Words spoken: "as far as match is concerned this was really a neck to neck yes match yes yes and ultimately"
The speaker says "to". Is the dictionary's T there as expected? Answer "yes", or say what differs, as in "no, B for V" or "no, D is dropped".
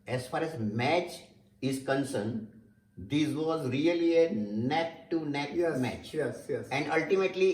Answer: yes